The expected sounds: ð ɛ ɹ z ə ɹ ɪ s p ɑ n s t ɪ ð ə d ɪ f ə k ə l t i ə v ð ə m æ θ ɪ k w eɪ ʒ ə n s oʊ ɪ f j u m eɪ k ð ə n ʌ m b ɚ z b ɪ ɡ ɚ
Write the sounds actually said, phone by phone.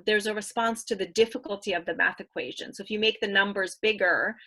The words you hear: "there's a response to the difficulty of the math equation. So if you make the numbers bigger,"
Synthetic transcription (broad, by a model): ð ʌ ɹ z ə ɹ ɪ s p ɑ n s t ɪ ð ə d ɪ f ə k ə l t i ə v ð ə m æ θ ɪ k w eɪ ʒ ə n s oʊ ɪ f j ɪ m eɪ k ð ə n ʌ m b ɚ z b ɪ ɡ ɚ